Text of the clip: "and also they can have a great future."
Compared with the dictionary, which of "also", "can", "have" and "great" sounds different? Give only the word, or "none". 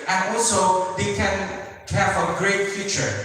have